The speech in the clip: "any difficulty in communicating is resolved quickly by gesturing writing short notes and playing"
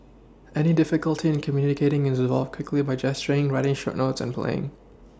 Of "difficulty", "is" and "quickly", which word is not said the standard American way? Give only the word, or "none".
none